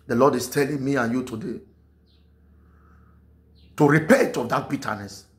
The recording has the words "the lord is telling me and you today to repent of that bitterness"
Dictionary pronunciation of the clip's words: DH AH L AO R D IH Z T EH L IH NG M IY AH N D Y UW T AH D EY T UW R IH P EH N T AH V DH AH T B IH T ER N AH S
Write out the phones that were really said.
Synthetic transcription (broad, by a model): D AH L AO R D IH S T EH L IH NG M IY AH N Y UW T AH D EY T UW R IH P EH T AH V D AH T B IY T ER N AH S